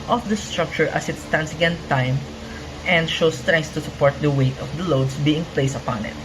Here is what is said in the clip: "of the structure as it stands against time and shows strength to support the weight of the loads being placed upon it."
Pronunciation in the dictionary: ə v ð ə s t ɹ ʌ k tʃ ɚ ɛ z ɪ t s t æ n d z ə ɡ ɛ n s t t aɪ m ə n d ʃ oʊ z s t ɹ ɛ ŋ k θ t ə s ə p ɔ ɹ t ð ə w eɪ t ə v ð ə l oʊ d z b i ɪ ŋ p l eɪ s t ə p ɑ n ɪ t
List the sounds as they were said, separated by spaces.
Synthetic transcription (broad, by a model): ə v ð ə s t ɹ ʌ k tʃ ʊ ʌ s ɪ t s t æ n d s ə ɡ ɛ n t t aɪ m ə n d ʃ oʊ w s t ɹ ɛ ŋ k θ t ə s ə p ɔ ɹ t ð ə w eɪ t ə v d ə l oʊ d s b i ɪ ŋ p l eɪ s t ə p ɑ n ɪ t